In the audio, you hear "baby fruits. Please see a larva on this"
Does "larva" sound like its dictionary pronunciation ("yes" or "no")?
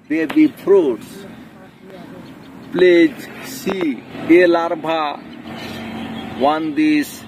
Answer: no